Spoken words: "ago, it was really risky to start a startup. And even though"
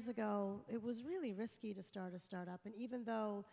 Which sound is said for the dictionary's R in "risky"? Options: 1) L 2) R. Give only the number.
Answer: 2